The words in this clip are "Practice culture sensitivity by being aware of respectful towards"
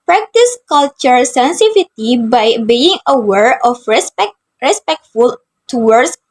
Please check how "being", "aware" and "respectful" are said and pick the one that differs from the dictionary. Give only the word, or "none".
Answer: none